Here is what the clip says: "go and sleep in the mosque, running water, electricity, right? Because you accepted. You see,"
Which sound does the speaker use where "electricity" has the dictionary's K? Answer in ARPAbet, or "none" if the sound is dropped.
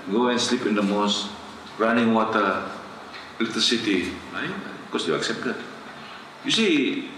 none